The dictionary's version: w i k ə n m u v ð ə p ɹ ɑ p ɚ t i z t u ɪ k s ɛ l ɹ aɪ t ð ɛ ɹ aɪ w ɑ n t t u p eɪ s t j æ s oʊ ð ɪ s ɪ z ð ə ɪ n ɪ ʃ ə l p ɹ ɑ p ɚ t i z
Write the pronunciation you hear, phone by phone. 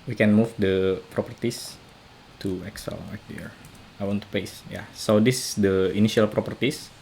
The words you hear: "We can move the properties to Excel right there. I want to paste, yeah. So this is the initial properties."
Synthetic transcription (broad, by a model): w i k ə n m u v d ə p ɹ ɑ p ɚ t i s t u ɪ k s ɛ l l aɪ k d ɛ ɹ aɪ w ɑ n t t u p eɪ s j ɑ s oʊ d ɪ s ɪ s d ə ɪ n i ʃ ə l p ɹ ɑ p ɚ t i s